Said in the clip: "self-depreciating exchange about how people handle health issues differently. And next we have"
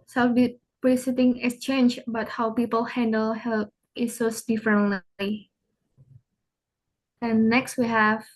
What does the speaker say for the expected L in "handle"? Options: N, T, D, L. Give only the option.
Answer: L